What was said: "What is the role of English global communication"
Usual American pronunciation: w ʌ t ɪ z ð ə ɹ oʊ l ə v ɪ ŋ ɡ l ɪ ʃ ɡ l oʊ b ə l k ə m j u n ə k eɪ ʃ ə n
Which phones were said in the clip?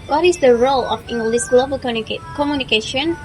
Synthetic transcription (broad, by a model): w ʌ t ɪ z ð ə ɹ oʊ l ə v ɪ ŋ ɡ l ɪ s ɡ l oʊ b ə l k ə m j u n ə k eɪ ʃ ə n